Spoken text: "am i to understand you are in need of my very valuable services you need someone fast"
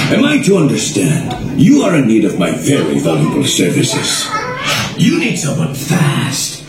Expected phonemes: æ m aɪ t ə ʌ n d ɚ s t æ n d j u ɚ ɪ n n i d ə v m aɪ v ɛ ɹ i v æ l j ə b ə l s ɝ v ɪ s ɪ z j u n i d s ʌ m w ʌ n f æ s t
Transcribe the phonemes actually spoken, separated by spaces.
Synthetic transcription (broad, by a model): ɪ m aɪ t ə ʌ n d ɚ s t æ n d j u ɚ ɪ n n i d ə v m aɪ v ɛ ɹ i v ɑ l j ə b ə l s ɝ v ɪ s ɪ z j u n i d s ʌ m w ʌ n f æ s t